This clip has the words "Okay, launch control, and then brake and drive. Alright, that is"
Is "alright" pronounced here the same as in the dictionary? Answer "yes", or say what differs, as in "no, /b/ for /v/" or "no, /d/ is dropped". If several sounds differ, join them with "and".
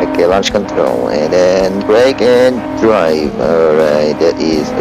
no, /l/ is dropped